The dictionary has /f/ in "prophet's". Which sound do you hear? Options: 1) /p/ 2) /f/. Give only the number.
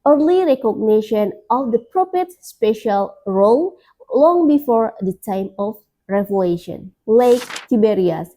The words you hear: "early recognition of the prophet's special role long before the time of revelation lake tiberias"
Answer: 1